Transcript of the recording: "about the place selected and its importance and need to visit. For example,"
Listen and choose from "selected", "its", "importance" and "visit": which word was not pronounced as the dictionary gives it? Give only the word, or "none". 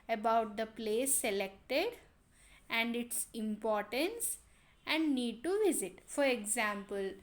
none